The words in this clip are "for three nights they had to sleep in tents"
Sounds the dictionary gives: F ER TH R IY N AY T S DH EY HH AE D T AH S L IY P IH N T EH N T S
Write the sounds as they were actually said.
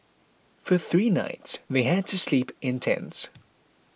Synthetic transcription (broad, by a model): F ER TH R IY N AY T S DH EY HH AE D T AH S L IY P IH N T EH N S